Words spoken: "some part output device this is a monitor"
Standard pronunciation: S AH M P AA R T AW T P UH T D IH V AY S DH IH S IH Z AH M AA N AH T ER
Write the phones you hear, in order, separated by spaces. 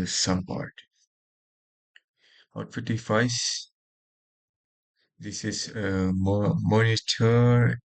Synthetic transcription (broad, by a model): S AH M P AA R T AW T F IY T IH F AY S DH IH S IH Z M M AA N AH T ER